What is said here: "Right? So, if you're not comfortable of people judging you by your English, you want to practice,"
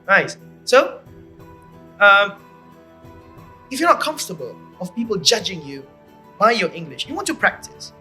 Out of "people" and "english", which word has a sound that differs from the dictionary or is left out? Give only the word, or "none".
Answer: none